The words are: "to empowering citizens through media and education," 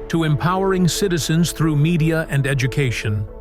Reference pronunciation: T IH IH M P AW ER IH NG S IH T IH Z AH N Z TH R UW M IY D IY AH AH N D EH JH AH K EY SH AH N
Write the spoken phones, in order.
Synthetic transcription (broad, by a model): T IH IH M P AW ER IH NG S IH T IH Z AH N Z TH R UW M IY D IY AH AH N D EH JH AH K EY SH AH N